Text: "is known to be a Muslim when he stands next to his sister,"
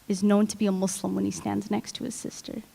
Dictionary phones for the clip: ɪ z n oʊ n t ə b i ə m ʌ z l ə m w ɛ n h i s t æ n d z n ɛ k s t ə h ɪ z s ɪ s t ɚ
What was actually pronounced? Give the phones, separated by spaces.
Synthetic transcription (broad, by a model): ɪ z n oʊ n t ə b i ə m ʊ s l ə m w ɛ n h i s t æ n d z n ɛ k s t ə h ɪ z s ɪ s t ɚ